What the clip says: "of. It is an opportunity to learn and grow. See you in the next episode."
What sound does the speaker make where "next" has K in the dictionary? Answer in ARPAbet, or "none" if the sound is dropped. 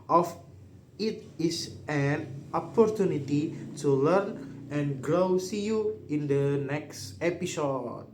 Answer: K